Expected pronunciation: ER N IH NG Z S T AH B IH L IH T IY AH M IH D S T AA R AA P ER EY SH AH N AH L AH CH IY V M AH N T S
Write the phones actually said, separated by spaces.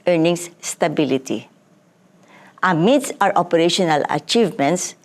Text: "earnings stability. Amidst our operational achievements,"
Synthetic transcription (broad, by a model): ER N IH NG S S T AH B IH L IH T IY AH M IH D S AA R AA P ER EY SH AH N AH L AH CH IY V M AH N T S